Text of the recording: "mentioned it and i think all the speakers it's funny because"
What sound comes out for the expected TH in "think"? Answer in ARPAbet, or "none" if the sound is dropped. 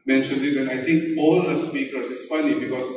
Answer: T